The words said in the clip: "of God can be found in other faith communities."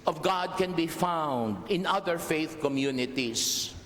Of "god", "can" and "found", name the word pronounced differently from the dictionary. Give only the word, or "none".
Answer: none